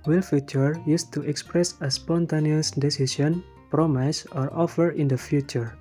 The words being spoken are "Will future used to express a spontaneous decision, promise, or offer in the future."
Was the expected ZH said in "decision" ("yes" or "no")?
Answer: no